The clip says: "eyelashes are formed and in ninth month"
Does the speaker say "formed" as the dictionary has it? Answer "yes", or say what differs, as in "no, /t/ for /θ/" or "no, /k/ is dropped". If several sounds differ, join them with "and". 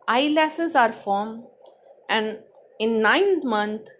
no, /d/ is dropped